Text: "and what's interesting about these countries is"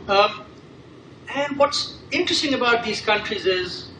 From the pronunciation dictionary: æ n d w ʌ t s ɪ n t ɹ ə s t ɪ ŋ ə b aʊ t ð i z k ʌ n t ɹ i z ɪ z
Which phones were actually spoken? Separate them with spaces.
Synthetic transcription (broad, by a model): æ n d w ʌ t s ɪ n t ɹ ə s t ɪ ŋ ə b aʊ t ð i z k ʌ n t ɹ i z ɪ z